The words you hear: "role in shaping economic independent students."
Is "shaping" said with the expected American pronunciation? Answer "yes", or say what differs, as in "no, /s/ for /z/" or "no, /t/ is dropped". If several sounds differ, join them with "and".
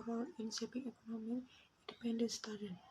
no, /s/ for /ʃ/